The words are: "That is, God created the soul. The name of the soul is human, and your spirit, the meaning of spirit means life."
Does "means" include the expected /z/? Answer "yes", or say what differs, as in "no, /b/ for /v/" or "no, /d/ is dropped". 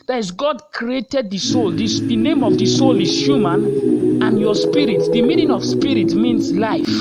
no, /s/ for /z/